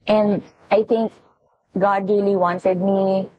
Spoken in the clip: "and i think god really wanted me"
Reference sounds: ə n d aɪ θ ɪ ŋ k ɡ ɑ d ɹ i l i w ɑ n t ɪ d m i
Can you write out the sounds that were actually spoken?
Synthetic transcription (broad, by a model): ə n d aɪ t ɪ ŋ k ɡ ɑ d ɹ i l i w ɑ n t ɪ d m i